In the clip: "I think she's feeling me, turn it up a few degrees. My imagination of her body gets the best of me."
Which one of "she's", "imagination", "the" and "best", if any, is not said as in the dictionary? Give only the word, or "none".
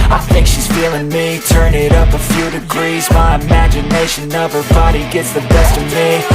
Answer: none